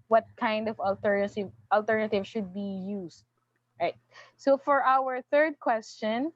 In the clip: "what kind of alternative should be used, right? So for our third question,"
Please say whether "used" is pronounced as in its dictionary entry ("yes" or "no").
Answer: no